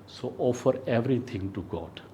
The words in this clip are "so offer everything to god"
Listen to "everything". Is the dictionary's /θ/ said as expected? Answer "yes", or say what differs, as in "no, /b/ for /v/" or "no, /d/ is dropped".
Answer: no, /t/ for /θ/